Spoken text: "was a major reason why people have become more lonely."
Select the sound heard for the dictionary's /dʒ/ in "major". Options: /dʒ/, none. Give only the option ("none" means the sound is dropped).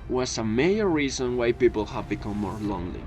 none